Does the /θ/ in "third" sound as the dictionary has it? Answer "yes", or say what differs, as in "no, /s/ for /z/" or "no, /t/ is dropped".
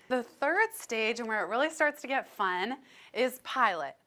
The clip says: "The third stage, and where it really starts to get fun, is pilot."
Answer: yes